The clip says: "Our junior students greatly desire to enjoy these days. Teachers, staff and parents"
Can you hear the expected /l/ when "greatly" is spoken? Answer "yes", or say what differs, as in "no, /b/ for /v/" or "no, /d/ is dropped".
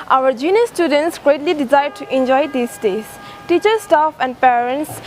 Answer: yes